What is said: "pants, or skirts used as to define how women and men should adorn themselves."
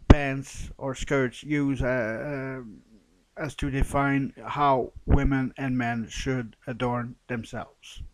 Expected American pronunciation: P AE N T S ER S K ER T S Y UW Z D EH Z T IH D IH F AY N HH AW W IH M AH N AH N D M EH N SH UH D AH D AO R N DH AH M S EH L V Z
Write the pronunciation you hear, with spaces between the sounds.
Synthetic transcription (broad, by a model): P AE N T S ER S K ER T S Y UW Z IH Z T IH D IH F AY N HH AW W IH M AH N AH N M EH N SH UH D AH D AO R N DH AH M S EH L V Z